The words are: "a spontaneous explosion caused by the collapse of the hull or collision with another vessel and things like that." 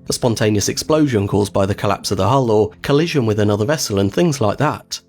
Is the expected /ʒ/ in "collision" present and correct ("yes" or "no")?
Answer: yes